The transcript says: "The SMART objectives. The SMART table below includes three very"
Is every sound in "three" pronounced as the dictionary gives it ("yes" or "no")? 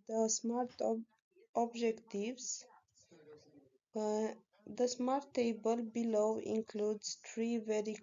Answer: no